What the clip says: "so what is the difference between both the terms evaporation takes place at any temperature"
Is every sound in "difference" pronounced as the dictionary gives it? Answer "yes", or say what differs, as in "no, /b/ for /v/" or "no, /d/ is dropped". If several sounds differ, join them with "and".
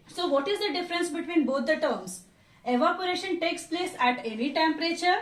yes